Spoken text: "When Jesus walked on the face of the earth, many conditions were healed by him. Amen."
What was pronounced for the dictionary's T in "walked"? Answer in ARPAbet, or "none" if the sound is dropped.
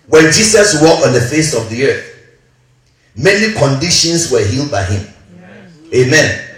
none